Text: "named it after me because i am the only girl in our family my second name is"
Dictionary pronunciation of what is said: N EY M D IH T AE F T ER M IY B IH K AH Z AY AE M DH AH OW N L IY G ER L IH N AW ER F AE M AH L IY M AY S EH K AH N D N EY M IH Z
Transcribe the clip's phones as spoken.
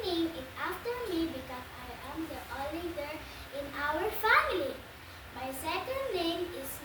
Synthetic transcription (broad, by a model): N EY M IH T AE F T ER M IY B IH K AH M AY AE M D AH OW L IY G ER IH N AW ER F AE M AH L IY M AY S EH K AH N D N EY M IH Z